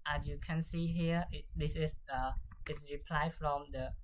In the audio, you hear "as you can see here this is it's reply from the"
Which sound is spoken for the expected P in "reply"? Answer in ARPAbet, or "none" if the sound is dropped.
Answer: P